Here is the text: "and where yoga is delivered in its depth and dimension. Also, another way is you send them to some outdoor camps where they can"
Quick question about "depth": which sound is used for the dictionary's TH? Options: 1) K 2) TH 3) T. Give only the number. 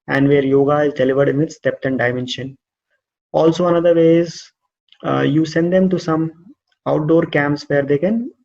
3